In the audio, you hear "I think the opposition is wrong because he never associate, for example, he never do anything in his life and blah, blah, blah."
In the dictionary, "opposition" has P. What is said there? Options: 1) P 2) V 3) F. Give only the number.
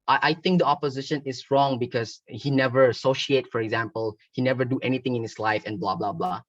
1